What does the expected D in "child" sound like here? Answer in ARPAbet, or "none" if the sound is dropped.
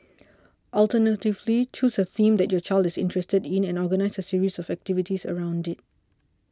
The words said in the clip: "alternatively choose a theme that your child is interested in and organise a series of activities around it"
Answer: D